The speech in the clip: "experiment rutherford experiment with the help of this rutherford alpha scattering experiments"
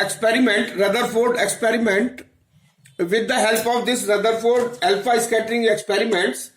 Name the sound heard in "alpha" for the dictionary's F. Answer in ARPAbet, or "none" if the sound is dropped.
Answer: P